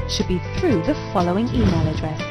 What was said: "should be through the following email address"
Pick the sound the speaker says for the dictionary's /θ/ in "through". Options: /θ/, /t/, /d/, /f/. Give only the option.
/θ/